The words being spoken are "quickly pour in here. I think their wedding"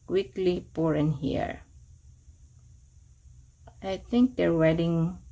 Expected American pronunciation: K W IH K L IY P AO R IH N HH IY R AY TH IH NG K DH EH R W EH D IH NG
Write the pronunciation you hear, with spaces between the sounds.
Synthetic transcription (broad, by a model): K W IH K L IY P AO R IH N HH IY R AY TH IH NG K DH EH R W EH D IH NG